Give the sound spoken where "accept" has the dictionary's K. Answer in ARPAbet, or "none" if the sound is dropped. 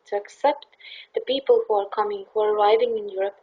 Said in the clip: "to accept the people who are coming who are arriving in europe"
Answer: K